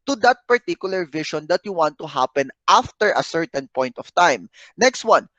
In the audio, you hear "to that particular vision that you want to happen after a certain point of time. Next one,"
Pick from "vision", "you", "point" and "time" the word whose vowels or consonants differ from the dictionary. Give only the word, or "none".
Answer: vision